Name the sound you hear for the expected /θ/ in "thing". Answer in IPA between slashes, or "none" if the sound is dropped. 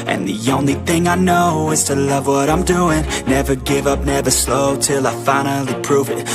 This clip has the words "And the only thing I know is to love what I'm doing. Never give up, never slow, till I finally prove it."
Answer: /θ/